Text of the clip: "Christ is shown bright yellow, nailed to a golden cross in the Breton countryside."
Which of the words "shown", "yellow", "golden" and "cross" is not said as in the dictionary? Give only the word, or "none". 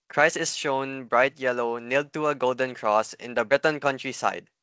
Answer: none